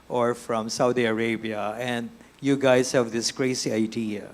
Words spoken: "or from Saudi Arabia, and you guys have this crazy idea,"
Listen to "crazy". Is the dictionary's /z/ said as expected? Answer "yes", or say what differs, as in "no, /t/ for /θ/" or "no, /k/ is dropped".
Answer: no, /s/ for /z/